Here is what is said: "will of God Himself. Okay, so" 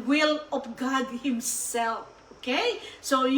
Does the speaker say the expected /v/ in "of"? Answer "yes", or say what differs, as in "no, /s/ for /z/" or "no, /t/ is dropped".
no, /p/ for /v/